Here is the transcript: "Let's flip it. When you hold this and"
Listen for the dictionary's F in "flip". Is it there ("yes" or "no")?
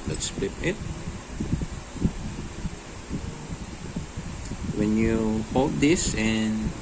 no